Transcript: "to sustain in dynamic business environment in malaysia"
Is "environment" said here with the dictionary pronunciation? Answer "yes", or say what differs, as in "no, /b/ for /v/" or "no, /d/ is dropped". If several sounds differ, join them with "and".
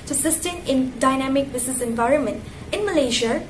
yes